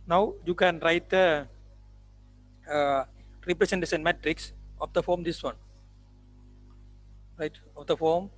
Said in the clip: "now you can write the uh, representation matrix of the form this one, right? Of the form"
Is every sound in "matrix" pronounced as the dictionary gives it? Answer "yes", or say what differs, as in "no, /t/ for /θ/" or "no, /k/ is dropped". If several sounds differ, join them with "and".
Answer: yes